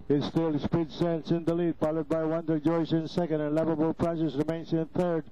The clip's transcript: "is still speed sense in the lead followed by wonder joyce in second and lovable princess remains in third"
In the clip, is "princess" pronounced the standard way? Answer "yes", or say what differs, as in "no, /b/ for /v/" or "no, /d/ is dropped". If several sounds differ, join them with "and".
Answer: no, /n/ is dropped